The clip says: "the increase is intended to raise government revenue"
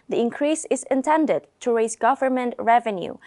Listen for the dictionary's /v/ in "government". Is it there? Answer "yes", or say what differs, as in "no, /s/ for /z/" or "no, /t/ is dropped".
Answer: yes